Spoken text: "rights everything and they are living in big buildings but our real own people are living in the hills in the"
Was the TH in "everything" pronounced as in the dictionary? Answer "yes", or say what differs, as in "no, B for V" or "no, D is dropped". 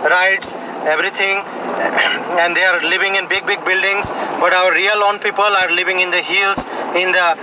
no, T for TH